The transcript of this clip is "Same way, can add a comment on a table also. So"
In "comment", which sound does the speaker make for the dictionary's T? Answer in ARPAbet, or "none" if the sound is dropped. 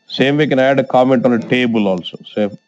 T